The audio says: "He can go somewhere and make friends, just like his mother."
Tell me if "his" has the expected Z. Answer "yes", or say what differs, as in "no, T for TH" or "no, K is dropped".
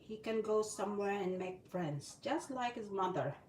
yes